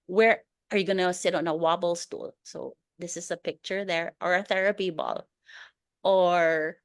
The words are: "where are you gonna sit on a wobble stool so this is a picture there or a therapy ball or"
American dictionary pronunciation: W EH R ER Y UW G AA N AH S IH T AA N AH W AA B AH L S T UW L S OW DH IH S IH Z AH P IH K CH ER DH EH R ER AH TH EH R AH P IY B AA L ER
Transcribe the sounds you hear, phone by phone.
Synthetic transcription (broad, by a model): W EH R ER Y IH G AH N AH S IH T N AH W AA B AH L S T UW L S OW DH IH S IH Z AH P IH K CH ER DH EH R ER AH TH EH R AH P IY B AA L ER